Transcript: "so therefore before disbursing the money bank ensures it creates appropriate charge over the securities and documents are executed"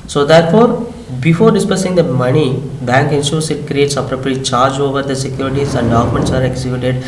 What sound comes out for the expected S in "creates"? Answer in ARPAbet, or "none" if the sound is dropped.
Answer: S